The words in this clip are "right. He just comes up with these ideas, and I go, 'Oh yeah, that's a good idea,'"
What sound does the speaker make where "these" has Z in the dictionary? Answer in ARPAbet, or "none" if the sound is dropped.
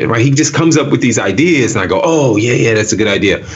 Z